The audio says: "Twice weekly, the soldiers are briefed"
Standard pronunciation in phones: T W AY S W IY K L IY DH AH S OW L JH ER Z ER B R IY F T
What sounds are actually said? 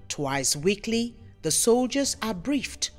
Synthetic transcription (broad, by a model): T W AY S W IY K L IY DH AH S OW L JH ER Z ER B R IY F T